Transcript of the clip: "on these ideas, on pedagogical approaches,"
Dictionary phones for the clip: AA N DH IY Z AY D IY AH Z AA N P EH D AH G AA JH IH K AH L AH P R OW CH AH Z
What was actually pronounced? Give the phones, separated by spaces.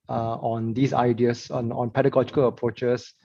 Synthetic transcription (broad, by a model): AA N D IY S AY D IY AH S AA N P EH D AH G AA JH IH K AH L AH P R OW CH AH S